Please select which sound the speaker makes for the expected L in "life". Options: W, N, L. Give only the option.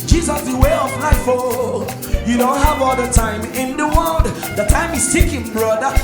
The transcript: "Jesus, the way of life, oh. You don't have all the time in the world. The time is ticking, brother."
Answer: N